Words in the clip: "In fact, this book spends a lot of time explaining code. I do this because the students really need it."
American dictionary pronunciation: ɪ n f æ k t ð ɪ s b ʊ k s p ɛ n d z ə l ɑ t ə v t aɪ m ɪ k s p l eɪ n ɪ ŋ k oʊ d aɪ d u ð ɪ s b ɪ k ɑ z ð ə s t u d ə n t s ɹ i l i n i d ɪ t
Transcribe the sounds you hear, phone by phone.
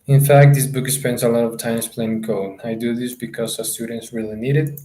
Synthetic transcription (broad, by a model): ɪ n f æ k t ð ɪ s b ʊ k s p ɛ n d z ə l ɑ t ə v t aɪ m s p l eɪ ɪ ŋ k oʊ aɪ d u ð ɪ s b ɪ k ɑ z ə s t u d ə n t s ɹ i l i n i d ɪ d